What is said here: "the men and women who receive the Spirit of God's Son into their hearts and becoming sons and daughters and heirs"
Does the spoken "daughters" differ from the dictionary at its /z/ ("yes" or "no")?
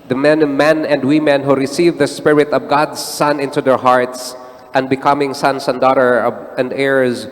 yes